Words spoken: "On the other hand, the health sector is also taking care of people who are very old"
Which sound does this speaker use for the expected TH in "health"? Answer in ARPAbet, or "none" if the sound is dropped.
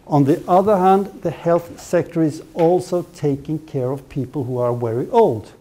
TH